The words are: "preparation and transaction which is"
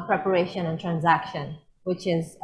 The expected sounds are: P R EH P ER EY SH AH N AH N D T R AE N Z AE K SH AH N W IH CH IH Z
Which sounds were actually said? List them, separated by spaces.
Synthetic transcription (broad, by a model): P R EH P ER EY SH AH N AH N T R AE N Z AE K SH AH N W IH CH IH Z